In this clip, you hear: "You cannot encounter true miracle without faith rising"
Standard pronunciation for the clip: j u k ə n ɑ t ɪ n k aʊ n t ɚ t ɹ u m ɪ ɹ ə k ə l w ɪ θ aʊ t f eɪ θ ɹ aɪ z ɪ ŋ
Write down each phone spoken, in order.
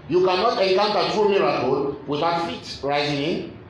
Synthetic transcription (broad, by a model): j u k ə n ɑ t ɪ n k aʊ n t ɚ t u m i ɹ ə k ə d w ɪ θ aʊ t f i t ɹ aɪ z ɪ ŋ